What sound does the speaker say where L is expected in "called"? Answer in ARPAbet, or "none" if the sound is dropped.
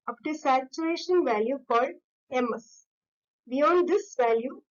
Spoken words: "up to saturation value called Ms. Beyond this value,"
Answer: none